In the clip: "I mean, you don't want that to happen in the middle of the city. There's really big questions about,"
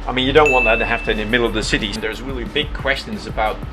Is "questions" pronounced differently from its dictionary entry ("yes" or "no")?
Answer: no